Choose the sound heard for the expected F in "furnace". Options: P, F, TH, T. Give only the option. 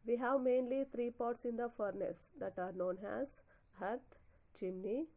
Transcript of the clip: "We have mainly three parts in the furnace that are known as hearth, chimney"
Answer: F